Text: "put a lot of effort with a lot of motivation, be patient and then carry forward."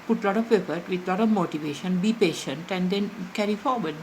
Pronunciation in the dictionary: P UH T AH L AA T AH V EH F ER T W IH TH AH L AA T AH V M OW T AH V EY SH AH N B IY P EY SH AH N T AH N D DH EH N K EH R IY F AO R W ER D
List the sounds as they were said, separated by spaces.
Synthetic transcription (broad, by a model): P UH T L AA T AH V EH F ER T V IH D L AA T AH V M OW T AH V EY SH AH N B IY P EY SH AH N T AH N D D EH N K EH R IY F AO R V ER D